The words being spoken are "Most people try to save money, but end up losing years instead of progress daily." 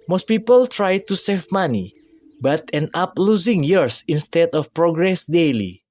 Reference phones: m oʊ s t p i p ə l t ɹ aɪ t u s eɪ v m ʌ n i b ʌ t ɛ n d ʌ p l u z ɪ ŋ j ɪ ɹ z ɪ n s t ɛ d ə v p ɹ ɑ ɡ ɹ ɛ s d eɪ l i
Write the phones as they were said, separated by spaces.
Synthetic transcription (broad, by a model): m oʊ s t p i p ə l t ɹ aɪ t u s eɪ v m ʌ n i b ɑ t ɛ n ɑ p l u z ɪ ŋ j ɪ ɹ s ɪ n s t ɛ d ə f p ɹ ɑ ɡ ɹ ɛ s d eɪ l i